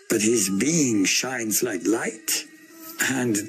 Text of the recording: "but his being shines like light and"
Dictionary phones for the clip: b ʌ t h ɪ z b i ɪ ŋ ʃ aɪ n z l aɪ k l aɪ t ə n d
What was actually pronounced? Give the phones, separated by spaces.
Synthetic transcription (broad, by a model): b ʌ t h ɪ z b i ɪ ŋ ʃ aɪ n z l aɪ k l aɪ t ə n